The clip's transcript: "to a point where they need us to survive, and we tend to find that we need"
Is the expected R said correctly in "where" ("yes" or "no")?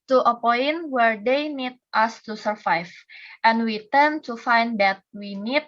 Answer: yes